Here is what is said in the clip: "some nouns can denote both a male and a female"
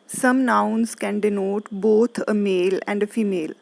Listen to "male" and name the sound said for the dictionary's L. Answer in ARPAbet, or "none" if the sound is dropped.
L